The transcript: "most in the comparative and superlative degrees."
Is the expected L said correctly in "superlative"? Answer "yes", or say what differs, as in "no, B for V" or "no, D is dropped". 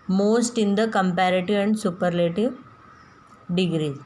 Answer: yes